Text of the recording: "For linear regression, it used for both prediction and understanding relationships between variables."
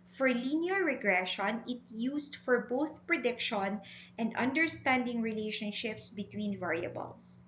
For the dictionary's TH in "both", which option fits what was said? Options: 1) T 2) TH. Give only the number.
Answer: 2